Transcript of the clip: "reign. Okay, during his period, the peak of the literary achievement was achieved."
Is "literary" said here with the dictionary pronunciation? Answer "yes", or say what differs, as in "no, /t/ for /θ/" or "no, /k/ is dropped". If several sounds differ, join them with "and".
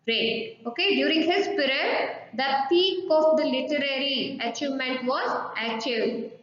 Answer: yes